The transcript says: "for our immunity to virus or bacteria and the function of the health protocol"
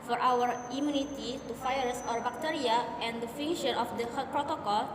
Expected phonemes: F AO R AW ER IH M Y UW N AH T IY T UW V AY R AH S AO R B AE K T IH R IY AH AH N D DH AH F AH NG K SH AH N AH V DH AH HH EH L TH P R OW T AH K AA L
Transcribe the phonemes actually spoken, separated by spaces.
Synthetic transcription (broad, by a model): F AO R AW ER IH M Y UW N AH T IY T UW F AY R S AO R B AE K T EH R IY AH AH N D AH F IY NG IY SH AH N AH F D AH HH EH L P R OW T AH K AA L